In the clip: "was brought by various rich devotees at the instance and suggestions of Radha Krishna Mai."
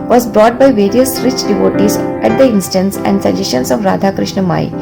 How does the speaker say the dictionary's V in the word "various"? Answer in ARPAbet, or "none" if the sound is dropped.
V